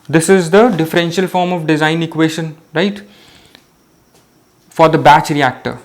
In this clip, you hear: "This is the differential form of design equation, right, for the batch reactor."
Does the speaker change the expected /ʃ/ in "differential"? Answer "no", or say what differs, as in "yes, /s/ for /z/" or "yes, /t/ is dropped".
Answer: no